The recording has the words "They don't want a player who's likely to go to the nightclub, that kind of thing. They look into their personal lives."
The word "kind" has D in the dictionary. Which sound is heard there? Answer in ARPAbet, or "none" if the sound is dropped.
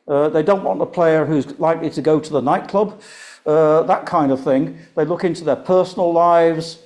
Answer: D